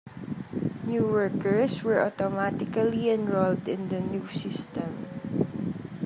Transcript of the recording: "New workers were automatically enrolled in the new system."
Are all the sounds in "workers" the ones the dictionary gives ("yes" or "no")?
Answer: no